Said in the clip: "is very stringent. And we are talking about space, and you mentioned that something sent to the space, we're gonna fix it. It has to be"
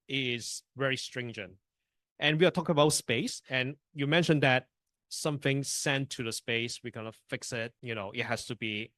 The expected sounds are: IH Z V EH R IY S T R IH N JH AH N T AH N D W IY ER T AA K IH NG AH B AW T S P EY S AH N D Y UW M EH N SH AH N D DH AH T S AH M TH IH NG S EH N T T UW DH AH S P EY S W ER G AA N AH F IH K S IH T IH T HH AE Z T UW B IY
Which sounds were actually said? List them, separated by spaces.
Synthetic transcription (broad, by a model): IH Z V EH R IY S T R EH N JH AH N T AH N W IY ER T AA K IH NG AH B AW T S P EY S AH N Y UW M EH N SH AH N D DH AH T S AH M TH IH NG S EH N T T UW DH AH S P EY S W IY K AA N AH F IH K S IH T IH T HH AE S T UW B IY